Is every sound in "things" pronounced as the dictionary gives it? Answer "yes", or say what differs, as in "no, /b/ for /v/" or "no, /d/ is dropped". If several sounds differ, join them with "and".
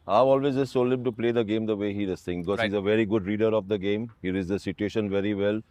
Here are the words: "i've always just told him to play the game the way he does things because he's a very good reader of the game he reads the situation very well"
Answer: no, /t/ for /θ/ and /z/ is dropped